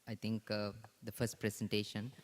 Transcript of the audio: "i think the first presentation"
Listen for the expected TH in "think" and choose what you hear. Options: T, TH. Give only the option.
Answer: T